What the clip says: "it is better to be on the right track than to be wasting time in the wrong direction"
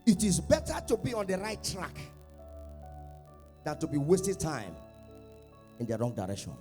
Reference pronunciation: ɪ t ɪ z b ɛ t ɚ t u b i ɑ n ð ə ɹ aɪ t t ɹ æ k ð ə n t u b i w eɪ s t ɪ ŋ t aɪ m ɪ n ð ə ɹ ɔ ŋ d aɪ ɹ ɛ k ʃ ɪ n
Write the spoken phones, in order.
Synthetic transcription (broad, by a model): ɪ t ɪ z b ɛ t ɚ t u b i ɑ n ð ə ɹ aɪ t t ɹ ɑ k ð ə n t u b i w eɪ s t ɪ t aɪ m ɪ n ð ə ɹ ɔ ŋ d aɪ ɹ ɛ k ʃ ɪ n